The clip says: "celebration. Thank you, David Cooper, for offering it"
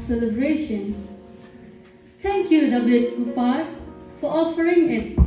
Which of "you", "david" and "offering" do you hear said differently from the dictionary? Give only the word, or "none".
david